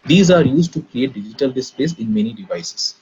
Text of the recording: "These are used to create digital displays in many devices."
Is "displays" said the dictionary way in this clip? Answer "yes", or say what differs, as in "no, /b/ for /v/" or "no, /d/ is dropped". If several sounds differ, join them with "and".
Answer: no, /s/ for /z/